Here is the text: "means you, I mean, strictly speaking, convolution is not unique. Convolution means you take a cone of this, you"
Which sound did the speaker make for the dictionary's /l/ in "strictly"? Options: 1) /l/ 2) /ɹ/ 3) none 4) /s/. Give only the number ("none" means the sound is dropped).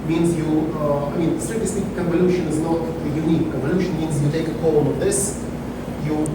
3